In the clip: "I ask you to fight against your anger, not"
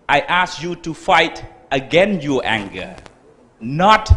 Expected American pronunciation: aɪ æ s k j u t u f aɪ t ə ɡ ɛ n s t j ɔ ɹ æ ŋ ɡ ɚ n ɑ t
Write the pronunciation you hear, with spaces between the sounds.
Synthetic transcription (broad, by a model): aɪ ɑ s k j u t u f aɪ t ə ɡ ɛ n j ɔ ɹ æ ŋ ɡ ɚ n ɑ t